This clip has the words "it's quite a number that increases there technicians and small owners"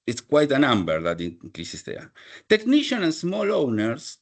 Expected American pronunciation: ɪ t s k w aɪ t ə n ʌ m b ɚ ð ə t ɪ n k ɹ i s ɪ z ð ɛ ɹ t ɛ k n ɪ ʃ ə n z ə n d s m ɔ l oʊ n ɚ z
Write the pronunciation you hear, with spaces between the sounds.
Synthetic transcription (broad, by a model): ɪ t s k w aɪ t ə n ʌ m b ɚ ð ə t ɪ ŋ k ɹ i s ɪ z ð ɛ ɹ t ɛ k n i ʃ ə n ə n s m ɔ l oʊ n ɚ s